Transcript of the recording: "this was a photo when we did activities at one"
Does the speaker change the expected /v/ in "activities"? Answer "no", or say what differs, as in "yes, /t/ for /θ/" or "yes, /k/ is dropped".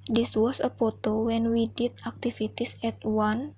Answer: yes, /f/ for /v/